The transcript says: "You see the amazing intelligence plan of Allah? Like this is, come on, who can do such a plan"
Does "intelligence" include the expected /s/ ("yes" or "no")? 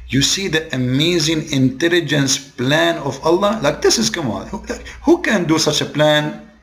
yes